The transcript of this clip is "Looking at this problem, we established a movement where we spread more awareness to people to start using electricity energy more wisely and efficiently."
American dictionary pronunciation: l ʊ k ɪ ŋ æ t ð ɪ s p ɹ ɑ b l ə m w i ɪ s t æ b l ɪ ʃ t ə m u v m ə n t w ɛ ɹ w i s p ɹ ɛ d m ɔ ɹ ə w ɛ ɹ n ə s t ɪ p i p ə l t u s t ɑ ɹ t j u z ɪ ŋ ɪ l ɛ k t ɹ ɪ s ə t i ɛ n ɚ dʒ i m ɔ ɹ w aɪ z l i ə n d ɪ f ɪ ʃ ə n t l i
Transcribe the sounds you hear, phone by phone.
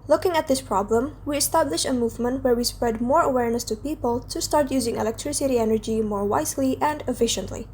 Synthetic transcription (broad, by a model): l ʊ k ɪ ŋ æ t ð ɪ s p ɹ ɑ b l ə m w i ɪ s t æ b l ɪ ʃ ə m u v m ə n t w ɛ ɹ w i s p ɹ ɛ d m ɔ ɹ ə w ɛ ɹ n ə s t ɪ p i p ə l t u s t ɑ ɹ t j u z ɪ ŋ ɪ l ɛ k t ɹ ɪ s ə t i ɛ n ɚ dʒ i m ɔ ɹ w aɪ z l i ə n d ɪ f ɪ ʃ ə n t l i